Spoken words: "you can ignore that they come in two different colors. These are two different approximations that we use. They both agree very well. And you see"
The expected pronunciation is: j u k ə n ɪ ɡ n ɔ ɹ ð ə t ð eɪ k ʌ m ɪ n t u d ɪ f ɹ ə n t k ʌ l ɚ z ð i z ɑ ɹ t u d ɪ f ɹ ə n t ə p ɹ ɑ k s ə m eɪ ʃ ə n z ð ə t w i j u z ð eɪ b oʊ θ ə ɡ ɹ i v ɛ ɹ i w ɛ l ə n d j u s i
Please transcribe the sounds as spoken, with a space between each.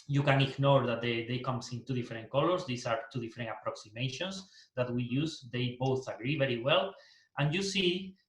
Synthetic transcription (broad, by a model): j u k ə n ɪ ɡ n ɔ ɹ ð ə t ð eɪ k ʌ m ɪ n t u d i f ɹ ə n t k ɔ l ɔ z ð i s ɑ ɹ t u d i f ɹ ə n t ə p ɹ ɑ k s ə m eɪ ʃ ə n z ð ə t w i j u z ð eɪ b oʊ θ ə ɡ ɹ i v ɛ ɹ i w ɛ l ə n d j u s i